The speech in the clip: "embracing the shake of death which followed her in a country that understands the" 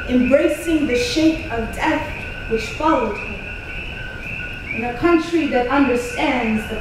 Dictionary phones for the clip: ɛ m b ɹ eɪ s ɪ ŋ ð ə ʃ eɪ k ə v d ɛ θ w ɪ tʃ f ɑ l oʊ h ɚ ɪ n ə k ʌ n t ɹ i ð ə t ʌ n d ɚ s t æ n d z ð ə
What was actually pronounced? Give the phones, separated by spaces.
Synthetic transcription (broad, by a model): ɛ m b ɹ eɪ s ɪ ŋ ð ə ʃ eɪ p ə v d ɛ θ w ɪ tʃ f ɑ l oʊ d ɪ ɪ n ə k ʌ n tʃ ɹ i ð ə t ʌ n d ɚ s t æ n d z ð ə